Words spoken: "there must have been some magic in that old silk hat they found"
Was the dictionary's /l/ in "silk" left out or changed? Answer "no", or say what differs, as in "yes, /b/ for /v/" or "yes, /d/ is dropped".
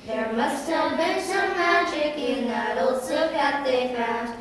yes, /l/ is dropped